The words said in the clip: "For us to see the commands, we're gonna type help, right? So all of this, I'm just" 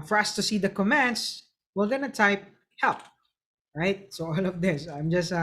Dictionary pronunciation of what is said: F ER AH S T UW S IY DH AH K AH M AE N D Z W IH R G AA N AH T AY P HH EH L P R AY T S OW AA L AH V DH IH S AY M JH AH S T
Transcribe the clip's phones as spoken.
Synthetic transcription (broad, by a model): F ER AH S T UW S IY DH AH K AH M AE N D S W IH L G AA N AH T AY P HH EH L P R AY T S OW AA L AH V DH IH S AY M JH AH S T